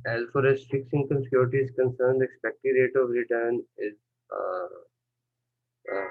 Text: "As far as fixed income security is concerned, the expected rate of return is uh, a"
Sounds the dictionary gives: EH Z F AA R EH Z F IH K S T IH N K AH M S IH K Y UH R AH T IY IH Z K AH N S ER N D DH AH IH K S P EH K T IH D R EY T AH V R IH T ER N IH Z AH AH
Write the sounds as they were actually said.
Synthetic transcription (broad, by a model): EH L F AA R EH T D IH K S IH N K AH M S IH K Y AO R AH T IY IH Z K AH N S ER N D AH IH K S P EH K T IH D R EY T AH V R IH T ER N IH Z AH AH